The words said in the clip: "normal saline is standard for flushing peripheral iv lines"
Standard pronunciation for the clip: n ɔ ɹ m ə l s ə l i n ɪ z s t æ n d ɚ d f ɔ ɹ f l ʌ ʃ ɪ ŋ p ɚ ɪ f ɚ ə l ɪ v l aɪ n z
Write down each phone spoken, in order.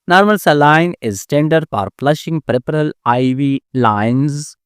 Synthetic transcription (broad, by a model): n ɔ ɹ m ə l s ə l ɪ n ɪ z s t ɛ n d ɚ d f ɔ ɹ p l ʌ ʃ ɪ ŋ p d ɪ p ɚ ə l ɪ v l aɪ n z